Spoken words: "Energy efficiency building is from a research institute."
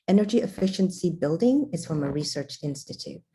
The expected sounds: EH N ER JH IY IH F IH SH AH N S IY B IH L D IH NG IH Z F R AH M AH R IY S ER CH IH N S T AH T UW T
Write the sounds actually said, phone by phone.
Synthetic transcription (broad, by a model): EH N ER JH IY IH F IH SH AH N S IY B IH L D IH NG IH Z F R AH M AH R IY S ER CH IH N S T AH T UW T